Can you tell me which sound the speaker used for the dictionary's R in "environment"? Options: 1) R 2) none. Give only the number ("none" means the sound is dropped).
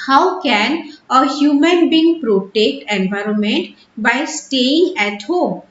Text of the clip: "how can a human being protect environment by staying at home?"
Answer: 1